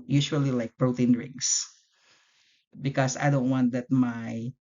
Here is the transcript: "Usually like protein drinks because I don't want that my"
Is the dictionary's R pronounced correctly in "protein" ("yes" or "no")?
yes